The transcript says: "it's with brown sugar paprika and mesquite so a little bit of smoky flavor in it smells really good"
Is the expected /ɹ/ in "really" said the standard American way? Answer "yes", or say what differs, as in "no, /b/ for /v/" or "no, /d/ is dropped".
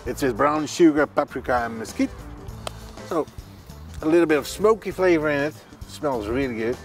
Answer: yes